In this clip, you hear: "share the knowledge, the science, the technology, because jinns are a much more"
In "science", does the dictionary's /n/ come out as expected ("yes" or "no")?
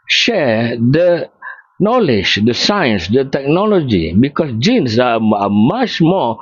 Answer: yes